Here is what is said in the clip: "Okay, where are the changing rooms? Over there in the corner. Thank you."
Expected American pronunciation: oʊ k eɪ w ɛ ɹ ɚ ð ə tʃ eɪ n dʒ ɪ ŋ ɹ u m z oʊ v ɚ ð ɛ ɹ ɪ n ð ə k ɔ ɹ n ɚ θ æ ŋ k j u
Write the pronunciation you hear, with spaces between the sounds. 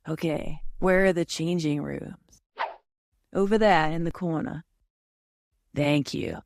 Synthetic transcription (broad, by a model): oʊ k eɪ w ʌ ɹ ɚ ð ə tʃ eɪ n dʒ ɪ ŋ ɹ u m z oʊ v ɚ ð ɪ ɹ ɪ n ð ə k ɔ ɹ n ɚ θ æ ŋ k j u